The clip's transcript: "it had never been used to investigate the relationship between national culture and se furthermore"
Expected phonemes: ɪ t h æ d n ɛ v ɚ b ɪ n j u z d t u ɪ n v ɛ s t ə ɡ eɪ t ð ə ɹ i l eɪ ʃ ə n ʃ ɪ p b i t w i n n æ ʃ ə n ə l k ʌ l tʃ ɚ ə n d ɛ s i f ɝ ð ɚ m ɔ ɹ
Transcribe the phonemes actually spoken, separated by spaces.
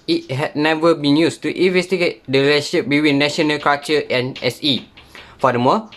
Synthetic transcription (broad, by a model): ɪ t h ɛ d n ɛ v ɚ b ɪ n j u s t u ɪ n v ɛ s t ə ɡ eɪ t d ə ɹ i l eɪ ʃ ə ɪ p b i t w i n n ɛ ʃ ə n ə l k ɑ tʃ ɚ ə n ɛ s i f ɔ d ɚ m ɔ